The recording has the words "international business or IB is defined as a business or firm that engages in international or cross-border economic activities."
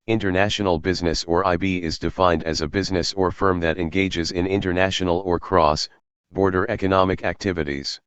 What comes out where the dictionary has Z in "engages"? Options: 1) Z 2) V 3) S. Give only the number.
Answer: 1